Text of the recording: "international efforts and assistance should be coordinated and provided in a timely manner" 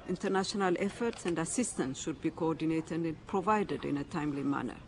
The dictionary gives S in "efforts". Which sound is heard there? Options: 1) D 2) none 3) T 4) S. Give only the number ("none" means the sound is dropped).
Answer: 4